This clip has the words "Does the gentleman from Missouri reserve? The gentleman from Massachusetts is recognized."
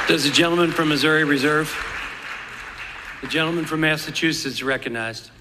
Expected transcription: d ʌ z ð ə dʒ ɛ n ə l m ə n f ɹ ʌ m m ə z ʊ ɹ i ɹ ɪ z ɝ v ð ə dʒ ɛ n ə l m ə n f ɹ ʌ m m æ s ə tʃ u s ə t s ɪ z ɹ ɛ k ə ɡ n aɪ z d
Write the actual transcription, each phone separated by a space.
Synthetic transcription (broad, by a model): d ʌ z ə dʒ ɛ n l m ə n f ɹ ʌ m m ə z ʊ ɹ i ɹ ɪ z ɝ v ð ə dʒ ɛ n l m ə n f ɹ ʌ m m æ s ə tʃ u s s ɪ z ɹ ɛ k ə ɡ n aɪ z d